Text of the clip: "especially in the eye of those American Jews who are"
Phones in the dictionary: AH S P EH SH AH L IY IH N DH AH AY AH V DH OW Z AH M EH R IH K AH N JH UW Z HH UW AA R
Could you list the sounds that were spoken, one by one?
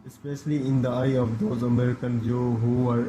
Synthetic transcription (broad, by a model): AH S P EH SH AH L IY IH N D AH AY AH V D OW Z AH M EH R IH K AH N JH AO HH UW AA R